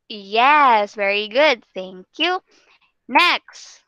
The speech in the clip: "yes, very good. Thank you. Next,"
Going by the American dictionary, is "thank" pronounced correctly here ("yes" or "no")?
yes